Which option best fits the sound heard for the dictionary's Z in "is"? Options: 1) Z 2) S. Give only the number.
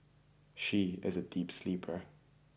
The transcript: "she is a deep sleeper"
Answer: 1